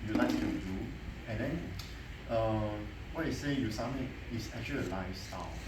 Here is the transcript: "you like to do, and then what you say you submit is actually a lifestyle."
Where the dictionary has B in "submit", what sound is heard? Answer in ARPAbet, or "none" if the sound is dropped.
none